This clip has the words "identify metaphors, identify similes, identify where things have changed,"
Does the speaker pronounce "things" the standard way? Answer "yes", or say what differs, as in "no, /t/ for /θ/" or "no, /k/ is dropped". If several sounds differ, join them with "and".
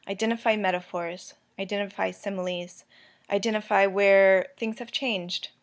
yes